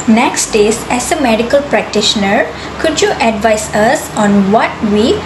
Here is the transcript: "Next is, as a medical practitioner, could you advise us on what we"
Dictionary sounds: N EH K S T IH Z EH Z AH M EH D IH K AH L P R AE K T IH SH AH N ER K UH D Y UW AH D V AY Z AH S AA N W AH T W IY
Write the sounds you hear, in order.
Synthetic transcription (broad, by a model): N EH K S T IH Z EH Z AH M EH D IH K AH L P R AE K T IH SH AH N ER K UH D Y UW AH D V AY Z AH S AA N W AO T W IY